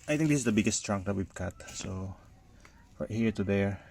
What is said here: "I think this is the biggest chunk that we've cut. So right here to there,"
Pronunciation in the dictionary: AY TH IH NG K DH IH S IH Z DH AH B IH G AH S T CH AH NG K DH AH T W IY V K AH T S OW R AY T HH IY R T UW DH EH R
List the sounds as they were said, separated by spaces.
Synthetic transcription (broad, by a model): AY T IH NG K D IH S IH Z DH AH B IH G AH S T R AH NG K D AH T W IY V K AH T S OW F HH IY R T UW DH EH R